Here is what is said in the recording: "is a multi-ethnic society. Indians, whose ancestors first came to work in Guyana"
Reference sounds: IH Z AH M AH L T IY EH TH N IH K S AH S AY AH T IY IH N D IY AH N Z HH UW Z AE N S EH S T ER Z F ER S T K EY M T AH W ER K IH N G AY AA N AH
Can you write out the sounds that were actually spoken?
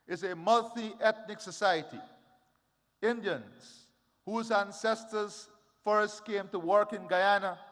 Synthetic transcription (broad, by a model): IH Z AH M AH L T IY EH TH N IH K S AH S AY AH T IY IH N D IY AH N Z HH UW Z AE N S EH S T ER Z F ER S T K EY M T AH W ER K IH N G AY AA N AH